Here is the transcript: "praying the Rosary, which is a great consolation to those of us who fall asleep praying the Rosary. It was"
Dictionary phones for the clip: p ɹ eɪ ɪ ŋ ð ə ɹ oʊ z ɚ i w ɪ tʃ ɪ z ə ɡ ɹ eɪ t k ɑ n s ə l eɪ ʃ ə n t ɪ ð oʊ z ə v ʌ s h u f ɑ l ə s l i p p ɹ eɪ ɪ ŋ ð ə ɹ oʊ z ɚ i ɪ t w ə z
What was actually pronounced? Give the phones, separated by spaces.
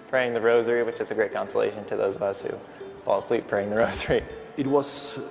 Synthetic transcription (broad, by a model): p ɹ eɪ ɪ ŋ ð ə ɹ oʊ z ɚ i w ɪ tʃ ɪ z ə ɡ ɹ eɪ t k ɑ n s ə l eɪ ʃ ə n t ɪ ð oʊ z ə v ʌ s h u f ɑ l s l i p p ɹ eɪ ɪ ŋ ð ə ɹ oʊ z ɚ i ɪ t w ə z